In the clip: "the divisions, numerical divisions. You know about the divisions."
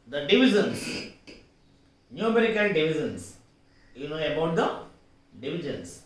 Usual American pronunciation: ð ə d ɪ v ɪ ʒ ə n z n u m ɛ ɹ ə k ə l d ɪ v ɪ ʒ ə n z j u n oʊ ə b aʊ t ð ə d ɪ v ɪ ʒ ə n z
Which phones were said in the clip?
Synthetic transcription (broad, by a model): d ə d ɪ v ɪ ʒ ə n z n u m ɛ ɹ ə k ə n d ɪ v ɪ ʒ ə n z j u n oʊ ə b aʊ t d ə d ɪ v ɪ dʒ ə n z